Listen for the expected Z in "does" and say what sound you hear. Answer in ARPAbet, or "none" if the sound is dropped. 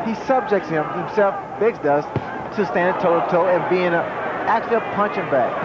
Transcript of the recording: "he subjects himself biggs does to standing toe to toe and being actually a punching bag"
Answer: S